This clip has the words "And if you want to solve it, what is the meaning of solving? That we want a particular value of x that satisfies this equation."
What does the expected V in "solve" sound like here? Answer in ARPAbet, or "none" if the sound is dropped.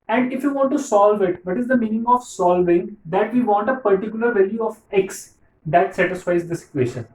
V